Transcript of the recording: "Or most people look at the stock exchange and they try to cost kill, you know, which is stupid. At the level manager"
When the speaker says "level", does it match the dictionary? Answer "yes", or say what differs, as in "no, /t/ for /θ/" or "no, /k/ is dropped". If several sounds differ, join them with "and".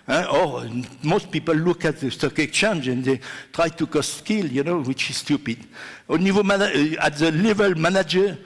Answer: yes